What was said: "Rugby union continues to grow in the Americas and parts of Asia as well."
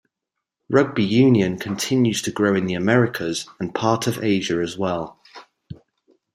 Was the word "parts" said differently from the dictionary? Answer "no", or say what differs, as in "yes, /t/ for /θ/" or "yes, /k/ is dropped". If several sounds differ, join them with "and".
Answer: yes, /s/ is dropped